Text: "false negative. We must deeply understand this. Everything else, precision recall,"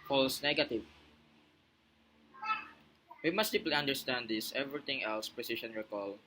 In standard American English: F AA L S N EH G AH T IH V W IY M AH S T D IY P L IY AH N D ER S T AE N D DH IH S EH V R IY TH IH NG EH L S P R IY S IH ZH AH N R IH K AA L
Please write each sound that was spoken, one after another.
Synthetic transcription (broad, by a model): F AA L S N EH G AH T IH V W IY M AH S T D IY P L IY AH N D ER S T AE N D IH S EH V R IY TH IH NG EH L S P R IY S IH SH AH N R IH K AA L